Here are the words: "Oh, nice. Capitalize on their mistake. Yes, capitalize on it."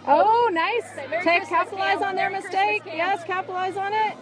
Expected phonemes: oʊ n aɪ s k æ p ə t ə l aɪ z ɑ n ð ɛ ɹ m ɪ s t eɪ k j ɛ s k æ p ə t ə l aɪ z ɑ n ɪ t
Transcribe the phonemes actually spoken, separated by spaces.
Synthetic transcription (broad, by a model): oʊ n aɪ s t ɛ ə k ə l aɪ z n ð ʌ ɹ m ɪ s t eɪ k j ɛ s k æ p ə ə l aɪ z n ɪ t